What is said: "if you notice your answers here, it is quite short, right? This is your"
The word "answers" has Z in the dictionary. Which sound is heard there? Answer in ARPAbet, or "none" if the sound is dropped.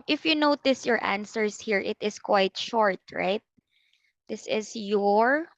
S